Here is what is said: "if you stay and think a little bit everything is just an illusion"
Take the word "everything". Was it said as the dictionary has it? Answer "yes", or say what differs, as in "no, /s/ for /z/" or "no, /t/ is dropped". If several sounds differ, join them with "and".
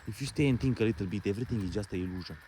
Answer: no, /t/ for /θ/